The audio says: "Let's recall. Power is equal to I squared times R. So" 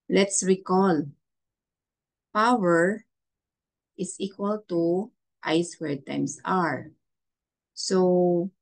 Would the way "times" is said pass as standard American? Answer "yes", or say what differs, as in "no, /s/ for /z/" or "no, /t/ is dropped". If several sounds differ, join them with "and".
no, /s/ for /z/